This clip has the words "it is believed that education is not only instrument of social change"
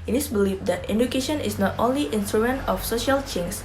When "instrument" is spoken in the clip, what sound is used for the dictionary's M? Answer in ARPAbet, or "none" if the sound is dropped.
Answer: none